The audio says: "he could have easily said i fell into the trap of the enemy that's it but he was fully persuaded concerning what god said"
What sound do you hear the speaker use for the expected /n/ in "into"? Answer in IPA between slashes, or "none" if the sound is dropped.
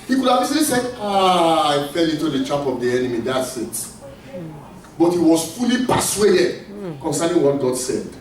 none